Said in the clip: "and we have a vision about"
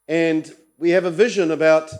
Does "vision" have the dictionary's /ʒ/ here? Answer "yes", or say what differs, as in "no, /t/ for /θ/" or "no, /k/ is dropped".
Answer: yes